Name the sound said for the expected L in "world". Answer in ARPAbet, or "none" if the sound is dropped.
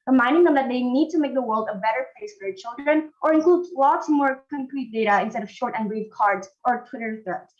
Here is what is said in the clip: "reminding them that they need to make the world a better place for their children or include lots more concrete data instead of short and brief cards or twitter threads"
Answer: L